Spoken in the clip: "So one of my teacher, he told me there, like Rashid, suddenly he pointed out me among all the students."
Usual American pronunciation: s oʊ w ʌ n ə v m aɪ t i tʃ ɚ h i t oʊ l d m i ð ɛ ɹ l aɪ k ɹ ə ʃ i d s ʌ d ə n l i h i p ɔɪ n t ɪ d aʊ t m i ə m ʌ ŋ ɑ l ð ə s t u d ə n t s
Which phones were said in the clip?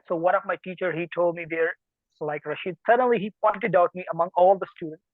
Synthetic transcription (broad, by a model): s oʊ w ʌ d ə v m aɪ t i tʃ ɚ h i t oʊ l d m i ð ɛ ɹ l aɪ k ɹ ə ʃ i d s ʌ d ə n l i h i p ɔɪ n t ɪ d aʊ t m i ə m ʌ ŋ ɑ l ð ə s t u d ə n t s